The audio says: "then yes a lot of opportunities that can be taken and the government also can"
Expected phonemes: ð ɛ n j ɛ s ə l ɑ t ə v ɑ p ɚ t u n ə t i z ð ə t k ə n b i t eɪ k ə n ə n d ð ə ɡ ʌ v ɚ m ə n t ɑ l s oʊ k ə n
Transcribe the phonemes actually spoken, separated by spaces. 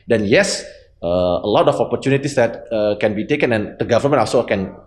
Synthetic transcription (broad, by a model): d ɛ n j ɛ s ə l ɑ t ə f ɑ p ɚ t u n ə t i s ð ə t k ə n b i t eɪ k ə n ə n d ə ɡ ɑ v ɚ m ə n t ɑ s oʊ k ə n